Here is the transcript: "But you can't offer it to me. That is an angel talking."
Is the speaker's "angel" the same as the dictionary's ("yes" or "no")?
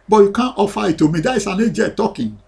no